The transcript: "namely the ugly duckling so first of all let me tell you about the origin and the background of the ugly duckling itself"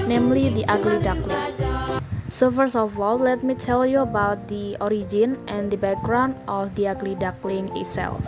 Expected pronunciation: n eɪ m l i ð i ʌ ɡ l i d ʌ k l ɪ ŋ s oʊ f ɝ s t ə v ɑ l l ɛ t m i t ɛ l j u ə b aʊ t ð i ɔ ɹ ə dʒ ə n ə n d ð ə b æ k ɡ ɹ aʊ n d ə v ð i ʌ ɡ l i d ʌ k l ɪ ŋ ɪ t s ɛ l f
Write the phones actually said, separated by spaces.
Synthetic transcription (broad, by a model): n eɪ m l i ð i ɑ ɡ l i d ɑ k l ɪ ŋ s oʊ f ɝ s ə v ɑ l l ɛ t m i t ɛ l j u ə b aʊ t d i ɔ ɹ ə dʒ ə n ə n d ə b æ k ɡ ɹ aʊ n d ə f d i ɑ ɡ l i d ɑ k l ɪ ŋ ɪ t s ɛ l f